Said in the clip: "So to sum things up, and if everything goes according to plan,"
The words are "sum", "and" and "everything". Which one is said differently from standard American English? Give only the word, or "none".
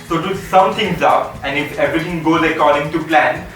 everything